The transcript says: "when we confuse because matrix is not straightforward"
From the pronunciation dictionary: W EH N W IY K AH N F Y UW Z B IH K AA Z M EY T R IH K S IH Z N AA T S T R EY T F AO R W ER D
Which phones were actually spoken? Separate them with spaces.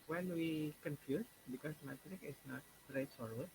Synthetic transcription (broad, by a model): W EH N W IY K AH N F Y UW S B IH K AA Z M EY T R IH K IH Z N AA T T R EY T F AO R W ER